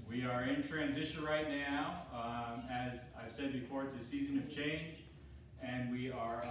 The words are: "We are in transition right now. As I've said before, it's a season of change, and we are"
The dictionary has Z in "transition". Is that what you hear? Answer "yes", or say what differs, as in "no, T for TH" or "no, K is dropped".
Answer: yes